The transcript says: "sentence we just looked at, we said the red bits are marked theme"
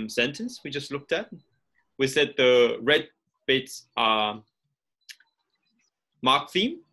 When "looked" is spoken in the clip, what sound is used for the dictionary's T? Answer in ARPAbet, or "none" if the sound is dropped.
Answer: T